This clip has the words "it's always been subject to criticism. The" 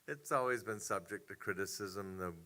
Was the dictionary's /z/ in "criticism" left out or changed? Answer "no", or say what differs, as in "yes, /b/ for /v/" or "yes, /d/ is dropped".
no